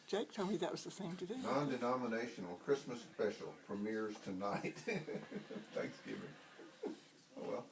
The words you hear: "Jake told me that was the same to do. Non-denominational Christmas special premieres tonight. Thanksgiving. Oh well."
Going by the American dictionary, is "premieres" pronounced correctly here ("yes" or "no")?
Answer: no